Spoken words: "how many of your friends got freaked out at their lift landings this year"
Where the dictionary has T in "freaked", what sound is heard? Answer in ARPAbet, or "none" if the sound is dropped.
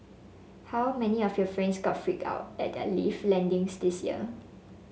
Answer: none